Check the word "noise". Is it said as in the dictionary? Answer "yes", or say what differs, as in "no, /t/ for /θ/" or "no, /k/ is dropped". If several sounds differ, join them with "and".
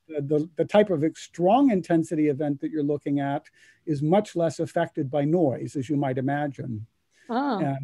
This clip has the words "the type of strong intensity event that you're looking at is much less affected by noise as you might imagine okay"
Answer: yes